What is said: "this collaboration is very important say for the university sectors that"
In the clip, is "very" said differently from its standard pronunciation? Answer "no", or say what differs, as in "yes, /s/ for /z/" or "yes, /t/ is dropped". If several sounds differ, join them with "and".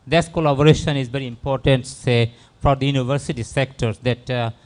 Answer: no